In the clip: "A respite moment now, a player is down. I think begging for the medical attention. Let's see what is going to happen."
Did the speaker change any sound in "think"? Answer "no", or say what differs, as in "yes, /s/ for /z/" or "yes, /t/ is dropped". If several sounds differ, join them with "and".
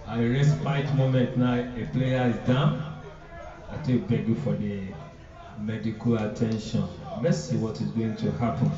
yes, /t/ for /θ/ and /ŋ/ is dropped